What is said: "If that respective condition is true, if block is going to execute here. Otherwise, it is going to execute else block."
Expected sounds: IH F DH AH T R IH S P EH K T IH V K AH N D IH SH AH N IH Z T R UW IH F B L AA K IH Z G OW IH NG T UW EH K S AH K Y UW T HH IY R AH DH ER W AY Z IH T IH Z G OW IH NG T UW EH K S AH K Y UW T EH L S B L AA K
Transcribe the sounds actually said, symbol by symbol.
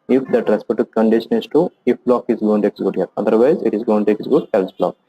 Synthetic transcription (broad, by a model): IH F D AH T R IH S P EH T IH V K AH N D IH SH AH N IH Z T UW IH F B L AA K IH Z G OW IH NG T UW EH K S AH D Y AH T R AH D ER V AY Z IH T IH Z G OW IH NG T UW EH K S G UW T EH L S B L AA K